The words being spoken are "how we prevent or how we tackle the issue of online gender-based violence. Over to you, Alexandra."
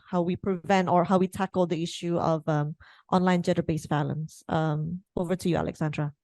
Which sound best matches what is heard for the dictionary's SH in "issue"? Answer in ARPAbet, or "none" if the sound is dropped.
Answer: SH